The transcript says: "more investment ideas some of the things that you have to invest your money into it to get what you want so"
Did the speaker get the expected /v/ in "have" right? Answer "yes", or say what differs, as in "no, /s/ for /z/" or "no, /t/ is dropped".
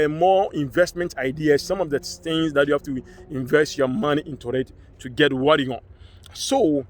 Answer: no, /f/ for /v/